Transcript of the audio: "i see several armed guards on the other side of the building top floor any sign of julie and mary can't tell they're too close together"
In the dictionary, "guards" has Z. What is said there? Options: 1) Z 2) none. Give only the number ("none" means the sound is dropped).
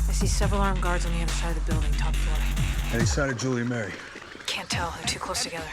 1